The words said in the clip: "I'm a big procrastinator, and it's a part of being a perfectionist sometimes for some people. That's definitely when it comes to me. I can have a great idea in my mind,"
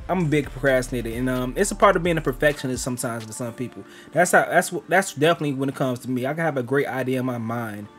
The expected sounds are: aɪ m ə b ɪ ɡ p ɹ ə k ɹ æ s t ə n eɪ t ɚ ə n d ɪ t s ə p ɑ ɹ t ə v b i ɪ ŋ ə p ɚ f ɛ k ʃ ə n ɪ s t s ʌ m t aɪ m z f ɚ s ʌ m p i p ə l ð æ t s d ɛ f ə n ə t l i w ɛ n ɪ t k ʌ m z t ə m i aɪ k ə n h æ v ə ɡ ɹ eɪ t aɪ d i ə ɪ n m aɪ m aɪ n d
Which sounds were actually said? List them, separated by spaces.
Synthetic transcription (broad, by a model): aɪ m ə b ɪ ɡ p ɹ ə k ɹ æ s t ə n eɪ t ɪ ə n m ɪ t s ə p ɑ ɹ t ə v b i ɪ ŋ ə p ɚ f ɛ k ʃ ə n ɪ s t s ʌ m t aɪ m z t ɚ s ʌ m p i p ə w ð æ t s d ɛ f ə n ə t l i w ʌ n ɪ t k ʌ m z t ə m i aɪ k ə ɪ v ə ɡ ɹ eɪ t aɪ d i ə ɪ n m aɪ m aɪ n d